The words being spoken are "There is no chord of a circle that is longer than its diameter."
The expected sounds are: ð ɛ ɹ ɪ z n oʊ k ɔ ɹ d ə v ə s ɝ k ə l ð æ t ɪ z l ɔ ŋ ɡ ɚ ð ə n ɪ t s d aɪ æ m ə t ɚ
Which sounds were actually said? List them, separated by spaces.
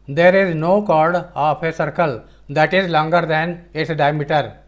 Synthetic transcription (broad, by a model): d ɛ ɹ ɪ z n oʊ k ɔ ɹ d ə p ə s ɝ k ə l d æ t ɪ z l ɔ ŋ ɡ ɚ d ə n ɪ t d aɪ m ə t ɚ